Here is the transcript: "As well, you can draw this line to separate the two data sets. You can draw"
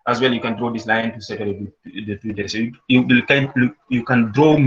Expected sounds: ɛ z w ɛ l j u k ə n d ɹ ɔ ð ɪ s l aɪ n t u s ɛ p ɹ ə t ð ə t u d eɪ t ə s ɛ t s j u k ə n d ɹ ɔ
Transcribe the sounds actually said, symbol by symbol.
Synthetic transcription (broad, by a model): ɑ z w ɛ l j u k ə n d ɹ ɔ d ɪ s l aɪ n t u s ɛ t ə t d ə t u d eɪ s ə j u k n j u k ə n d ɹ ɔ